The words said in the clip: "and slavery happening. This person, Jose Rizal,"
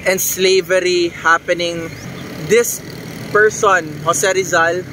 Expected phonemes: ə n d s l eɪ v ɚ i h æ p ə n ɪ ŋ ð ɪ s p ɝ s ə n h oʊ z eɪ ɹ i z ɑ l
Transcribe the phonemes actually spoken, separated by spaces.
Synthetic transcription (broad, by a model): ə n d s l eɪ v ɚ i h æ p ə n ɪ ŋ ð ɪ s p ɝ s ə n h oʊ s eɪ ɹ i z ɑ l